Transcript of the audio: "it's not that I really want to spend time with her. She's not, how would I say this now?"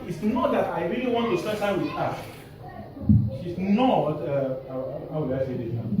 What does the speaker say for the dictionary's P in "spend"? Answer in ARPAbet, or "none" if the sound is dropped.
none